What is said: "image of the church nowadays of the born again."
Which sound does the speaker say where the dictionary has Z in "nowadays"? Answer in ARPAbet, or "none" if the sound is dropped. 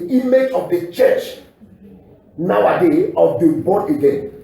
none